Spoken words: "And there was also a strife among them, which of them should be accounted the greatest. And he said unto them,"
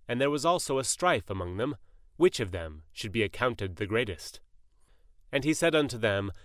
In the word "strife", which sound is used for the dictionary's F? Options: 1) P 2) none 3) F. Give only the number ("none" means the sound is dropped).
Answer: 3